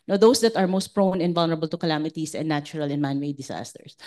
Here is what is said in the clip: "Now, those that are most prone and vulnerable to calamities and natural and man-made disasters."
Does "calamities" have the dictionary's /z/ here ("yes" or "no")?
no